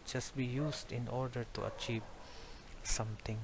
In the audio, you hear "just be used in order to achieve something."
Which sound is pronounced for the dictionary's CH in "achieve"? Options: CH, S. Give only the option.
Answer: CH